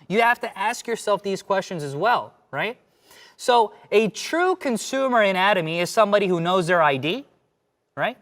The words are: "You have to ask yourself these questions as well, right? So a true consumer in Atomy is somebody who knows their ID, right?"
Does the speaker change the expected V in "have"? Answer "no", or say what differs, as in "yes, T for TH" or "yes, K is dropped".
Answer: yes, F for V